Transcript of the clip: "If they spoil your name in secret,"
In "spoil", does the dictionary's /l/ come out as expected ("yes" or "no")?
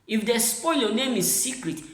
yes